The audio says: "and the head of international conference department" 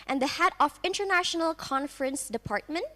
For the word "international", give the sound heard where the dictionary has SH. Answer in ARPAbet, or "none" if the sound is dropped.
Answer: SH